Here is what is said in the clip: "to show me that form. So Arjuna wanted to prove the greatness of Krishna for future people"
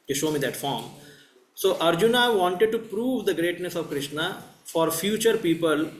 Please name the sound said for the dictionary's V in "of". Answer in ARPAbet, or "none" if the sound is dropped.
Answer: V